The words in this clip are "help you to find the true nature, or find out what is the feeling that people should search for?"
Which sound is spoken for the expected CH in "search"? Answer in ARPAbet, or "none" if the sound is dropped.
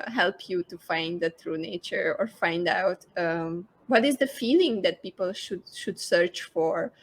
CH